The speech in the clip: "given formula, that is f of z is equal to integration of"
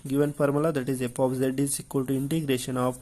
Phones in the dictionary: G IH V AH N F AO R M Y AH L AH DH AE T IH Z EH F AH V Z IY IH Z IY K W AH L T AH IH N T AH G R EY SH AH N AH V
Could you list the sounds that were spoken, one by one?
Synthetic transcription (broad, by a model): G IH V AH N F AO R M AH L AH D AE T IH Z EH P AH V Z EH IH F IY K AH L T AH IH N T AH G R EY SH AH N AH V